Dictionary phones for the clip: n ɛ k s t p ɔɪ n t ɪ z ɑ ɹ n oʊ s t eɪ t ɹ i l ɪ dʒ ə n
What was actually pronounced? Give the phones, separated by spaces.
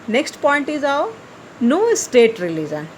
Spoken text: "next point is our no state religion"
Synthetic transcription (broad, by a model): n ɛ k s t p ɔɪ n t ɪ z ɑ w n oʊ s t eɪ t ɹ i l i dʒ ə n